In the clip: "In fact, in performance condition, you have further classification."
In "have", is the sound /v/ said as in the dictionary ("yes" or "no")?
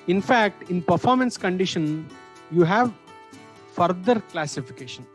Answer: yes